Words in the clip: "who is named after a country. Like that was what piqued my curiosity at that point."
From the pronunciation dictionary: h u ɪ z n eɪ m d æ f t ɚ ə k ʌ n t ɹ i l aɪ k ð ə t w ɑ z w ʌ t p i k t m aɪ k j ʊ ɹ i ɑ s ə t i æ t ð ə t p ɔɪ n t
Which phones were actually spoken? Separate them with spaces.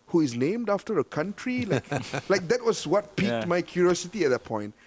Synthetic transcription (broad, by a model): h u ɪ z n eɪ m d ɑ f t ɚ ə k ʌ n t ɹ i l aɪ k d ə t w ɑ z w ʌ t p i k t m aɪ k j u ɹ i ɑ s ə t i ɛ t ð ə t p ɔɪ n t